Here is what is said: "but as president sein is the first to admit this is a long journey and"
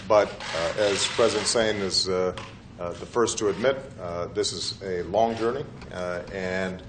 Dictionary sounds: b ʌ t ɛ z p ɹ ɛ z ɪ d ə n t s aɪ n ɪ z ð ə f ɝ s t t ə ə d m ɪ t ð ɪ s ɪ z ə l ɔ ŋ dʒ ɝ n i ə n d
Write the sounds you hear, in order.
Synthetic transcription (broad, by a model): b ʌ t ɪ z p ɹ ɛ z ɪ d ə n t s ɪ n ɪ z ð ə f ɝ s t t ə ə d m ɪ t ð ɪ s ɪ z ə l ɔ ŋ dʒ ɝ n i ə n